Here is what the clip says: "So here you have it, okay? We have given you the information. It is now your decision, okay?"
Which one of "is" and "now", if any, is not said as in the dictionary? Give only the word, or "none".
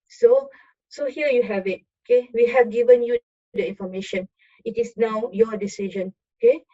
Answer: is